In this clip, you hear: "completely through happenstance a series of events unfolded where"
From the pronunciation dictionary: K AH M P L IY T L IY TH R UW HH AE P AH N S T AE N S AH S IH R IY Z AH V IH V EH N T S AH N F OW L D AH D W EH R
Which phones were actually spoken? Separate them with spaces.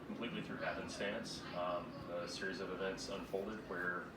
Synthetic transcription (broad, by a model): K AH M P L IY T L IY TH R UW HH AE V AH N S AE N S AH S IH R IY Z AH V IH V EH N T S AH N F OW L D AH D W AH R